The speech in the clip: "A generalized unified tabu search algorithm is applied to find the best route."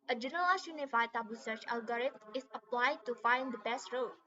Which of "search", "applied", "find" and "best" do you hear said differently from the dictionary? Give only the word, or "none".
none